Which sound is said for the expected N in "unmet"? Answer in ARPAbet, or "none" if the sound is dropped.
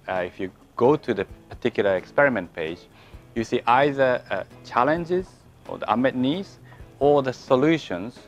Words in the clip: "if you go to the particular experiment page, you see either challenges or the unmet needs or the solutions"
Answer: none